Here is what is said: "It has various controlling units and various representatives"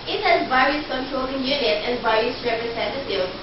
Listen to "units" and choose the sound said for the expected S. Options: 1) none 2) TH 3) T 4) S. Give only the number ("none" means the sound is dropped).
1